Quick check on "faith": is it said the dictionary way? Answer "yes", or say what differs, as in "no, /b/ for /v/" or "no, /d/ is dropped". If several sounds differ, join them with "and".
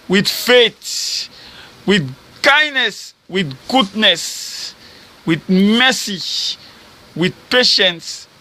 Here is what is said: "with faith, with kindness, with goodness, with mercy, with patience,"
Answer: no, /t/ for /θ/